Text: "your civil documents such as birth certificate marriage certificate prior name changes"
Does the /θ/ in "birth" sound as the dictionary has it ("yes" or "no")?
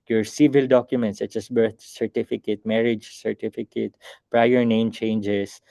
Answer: no